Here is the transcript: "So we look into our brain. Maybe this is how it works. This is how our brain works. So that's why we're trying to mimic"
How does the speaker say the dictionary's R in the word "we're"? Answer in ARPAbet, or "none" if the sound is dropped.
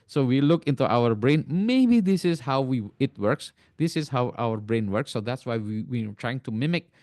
W